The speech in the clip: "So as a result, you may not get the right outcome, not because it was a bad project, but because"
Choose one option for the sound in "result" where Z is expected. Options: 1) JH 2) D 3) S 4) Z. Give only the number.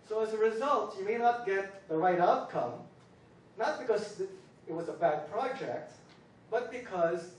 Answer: 4